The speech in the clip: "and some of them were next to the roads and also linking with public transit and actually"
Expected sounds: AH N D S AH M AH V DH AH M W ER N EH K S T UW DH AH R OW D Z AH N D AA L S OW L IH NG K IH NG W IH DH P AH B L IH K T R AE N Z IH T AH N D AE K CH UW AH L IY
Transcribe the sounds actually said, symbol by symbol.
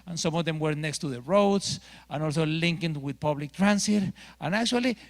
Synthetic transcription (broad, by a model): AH N S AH M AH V DH AH M W ER N EH K S T UW DH AH R OW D S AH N AA L S OW L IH NG K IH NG W IH DH P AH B L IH K T R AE N S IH T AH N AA K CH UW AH L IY